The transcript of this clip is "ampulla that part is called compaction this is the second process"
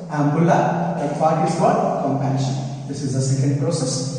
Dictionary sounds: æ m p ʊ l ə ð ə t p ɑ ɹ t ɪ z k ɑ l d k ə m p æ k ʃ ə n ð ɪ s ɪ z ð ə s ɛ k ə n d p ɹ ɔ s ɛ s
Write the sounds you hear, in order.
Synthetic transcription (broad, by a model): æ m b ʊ l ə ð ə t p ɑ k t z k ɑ d k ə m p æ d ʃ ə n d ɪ s ɪ z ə s ɛ k ə n d p ɹ ɔ s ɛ s